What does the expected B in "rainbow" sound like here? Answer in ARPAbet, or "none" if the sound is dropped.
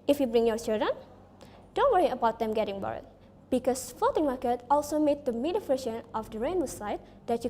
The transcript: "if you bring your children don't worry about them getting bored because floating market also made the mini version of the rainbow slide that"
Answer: none